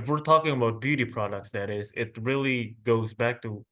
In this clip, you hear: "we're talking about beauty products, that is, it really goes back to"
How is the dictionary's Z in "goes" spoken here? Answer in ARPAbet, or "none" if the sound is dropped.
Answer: Z